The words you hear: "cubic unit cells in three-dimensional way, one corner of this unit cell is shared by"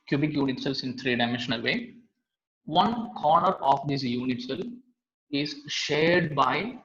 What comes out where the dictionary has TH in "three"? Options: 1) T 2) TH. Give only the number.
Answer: 1